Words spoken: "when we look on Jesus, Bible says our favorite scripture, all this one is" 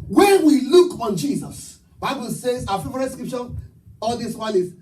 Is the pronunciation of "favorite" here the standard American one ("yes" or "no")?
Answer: no